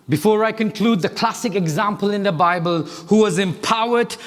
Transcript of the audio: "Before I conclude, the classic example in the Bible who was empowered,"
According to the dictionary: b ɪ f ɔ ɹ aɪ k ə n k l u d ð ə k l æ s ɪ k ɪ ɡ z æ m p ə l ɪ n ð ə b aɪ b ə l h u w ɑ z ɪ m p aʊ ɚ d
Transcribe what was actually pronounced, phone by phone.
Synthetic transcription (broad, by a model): b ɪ f ɔ ɹ aɪ k ə n k l u d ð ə k l æ s ɪ k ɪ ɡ z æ m p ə l ɪ n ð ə b aɪ b ə l h u w ɑ z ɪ m p aʊ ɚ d